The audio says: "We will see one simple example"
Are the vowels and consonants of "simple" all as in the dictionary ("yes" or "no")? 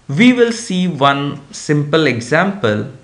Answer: yes